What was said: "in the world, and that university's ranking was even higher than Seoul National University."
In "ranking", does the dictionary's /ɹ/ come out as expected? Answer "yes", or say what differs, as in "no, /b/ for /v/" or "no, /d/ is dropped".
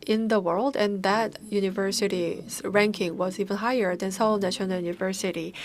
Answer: yes